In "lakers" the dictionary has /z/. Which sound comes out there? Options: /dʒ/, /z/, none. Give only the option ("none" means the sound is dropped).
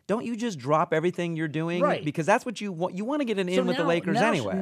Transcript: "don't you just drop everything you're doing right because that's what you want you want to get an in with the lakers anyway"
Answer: /z/